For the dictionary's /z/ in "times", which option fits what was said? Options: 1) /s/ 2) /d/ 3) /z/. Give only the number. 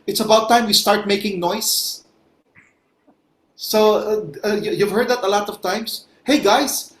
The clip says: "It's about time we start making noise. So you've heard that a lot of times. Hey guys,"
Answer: 1